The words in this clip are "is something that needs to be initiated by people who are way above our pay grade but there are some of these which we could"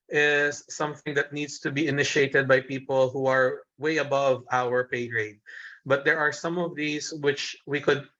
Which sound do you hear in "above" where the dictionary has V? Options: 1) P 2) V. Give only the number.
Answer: 2